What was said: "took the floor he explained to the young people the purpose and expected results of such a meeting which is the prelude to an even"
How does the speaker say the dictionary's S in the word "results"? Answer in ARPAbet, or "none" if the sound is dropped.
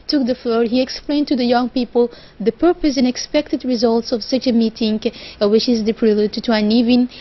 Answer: S